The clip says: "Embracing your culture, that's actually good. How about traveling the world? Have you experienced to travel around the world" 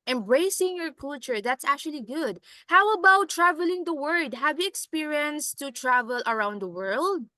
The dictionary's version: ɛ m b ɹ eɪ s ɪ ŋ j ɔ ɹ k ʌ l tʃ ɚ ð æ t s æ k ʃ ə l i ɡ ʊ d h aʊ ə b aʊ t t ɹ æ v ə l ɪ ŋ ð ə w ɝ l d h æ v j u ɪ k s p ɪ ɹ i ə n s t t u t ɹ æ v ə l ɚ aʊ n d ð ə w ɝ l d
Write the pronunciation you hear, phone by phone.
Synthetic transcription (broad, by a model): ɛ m b ɹ eɪ s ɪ ŋ j ɔ ɹ k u l tʃ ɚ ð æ t s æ k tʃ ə l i ɡ ʊ d h aʊ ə b aʊ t t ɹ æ v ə l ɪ ŋ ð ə w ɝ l d h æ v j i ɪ k s p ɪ ɹ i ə n s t t u t ɹ æ v ə l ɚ aʊ n d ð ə w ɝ l d